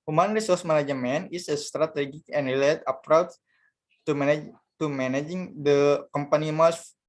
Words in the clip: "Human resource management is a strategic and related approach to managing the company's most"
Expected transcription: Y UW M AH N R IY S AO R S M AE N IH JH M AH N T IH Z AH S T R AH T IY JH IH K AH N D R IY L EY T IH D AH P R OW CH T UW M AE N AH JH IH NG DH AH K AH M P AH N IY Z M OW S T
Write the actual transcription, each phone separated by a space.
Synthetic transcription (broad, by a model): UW M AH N R IY S AO R S M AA N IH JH M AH N IH S AH S T R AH T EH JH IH K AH N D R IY L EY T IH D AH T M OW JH T UW M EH N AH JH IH NG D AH K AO M P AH N IY M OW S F